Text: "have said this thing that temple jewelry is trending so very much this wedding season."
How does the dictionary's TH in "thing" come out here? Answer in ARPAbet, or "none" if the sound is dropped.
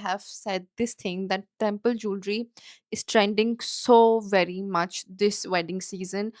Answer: T